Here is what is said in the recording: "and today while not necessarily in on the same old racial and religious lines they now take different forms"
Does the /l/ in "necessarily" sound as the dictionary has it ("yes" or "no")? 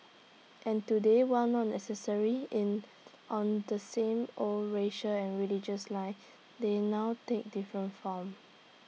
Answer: no